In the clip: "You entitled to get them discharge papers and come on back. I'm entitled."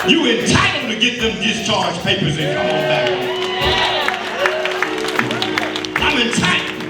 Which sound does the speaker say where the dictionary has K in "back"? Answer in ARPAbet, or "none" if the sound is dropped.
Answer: none